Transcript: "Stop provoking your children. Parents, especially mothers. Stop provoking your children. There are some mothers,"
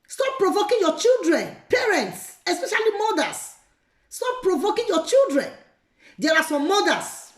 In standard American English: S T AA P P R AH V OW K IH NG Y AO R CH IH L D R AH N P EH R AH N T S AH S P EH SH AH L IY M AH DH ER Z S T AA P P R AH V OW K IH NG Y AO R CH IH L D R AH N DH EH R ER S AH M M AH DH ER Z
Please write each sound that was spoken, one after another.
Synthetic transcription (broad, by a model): S T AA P P R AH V OW K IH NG Y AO CH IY L D R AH N P EH R AH N T S AH S P EH SH AH L IY M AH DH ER S T AA P P R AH V OW K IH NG Y AO CH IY L D R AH N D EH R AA S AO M M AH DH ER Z